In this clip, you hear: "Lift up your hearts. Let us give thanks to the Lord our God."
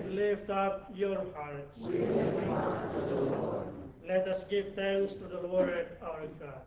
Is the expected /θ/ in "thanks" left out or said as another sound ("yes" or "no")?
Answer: yes